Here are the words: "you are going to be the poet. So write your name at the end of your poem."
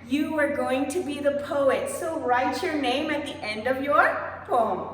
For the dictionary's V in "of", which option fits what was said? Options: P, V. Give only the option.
V